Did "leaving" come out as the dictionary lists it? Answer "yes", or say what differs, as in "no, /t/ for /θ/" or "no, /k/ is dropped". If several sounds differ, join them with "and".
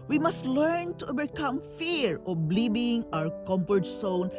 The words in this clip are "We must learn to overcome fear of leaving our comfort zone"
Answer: no, /b/ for /v/